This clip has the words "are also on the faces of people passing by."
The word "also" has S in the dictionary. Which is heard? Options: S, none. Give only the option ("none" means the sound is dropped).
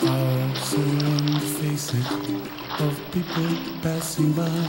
none